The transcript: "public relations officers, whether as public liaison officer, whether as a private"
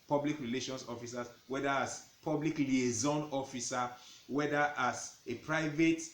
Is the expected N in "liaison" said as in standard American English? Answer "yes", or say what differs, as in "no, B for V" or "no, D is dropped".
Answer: yes